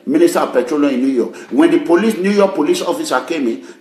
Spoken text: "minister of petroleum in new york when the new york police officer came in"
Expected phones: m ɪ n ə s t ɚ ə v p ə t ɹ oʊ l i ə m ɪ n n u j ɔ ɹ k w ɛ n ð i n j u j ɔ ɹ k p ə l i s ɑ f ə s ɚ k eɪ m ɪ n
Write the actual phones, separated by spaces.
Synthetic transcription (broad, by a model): m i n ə s t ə p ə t ɹ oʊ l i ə ɪ n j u j ɔ k w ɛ n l i n j u j ɔ k p ə l i s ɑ f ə s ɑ k eɪ m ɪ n